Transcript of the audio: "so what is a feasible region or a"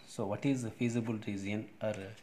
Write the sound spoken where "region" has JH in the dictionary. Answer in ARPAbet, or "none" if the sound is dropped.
Z